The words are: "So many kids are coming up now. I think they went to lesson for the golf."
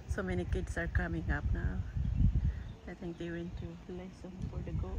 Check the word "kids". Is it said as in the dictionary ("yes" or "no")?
no